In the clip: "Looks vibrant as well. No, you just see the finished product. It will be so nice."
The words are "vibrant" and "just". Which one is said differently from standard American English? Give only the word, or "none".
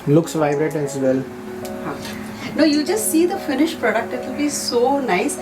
vibrant